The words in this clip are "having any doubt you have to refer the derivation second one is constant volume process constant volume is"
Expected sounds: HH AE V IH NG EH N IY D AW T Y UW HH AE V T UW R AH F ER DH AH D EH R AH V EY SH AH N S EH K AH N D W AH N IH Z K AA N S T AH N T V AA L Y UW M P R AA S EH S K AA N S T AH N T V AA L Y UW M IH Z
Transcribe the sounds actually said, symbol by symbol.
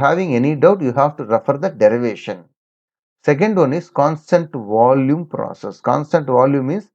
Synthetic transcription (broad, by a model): HH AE V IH NG EH N IY D AW T Y UW HH AE V T UW R AH F ER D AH D EH R AH V EY SH AH N S EH K AH N D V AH N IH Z K AA N S T AH N T V AA L Y UW M P R AA S EH S K AA N S T AH N T V AA L Y UW M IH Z